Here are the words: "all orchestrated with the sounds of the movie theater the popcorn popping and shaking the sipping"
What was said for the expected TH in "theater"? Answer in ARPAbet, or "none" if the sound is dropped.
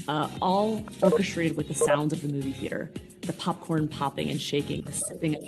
TH